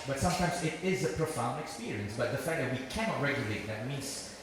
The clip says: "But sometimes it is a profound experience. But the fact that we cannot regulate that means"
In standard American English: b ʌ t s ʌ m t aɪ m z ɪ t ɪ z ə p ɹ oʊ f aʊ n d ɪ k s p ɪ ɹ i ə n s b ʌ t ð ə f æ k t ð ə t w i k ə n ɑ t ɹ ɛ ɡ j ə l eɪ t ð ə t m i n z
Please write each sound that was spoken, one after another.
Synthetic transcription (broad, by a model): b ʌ t s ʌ m t aɪ m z ɪ t ɪ z ə p ɹ oʊ f aʊ n d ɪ k s p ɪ ɹ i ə n s b ʌ t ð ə f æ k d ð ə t w i k ə n ɑ t ɹ ɛ ɡ j ə l eɪ t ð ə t m i n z